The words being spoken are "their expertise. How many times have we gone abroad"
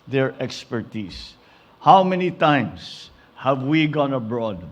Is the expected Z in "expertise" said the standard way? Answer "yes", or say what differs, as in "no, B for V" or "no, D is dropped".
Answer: no, S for Z